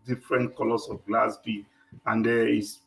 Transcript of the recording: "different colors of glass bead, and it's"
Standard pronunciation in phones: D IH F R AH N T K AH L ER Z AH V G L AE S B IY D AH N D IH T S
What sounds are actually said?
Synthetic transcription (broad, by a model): D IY F R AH N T K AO L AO S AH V G L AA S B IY AH N D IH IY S